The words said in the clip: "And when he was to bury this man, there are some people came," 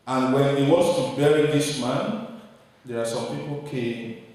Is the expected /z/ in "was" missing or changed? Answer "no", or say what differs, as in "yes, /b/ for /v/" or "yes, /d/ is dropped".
yes, /s/ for /z/